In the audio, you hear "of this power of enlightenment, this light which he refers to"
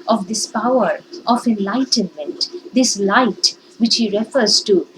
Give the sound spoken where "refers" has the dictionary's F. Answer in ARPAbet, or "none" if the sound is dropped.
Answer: F